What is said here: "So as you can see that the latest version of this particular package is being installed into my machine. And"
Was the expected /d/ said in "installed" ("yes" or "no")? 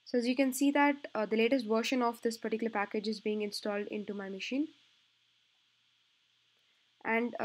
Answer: yes